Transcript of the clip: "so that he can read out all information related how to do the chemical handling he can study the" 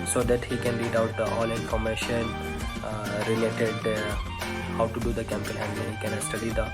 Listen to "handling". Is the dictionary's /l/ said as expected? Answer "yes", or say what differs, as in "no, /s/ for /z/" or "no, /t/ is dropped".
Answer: no, /l/ is dropped